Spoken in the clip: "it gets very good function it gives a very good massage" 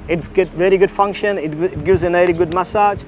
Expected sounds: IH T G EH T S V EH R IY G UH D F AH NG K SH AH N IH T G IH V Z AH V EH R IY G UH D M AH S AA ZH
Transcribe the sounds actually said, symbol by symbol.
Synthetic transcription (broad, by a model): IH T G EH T V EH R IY G UH D F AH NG K SH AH N IH T G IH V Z AH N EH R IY G UH D M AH S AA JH